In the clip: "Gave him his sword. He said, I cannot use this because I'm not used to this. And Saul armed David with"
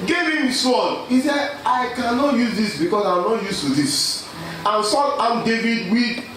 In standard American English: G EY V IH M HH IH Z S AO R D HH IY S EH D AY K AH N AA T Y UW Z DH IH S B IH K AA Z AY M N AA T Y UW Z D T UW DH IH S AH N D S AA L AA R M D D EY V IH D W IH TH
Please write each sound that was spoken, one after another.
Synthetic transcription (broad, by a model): G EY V IH M S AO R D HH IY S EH AY K AH N AA T Y UW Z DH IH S B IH K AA S AY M N AA T Y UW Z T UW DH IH S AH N S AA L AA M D D EY V IH D W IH